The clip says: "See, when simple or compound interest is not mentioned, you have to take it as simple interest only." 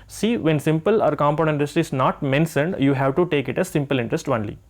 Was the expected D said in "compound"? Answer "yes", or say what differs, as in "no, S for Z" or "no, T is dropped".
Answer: no, D is dropped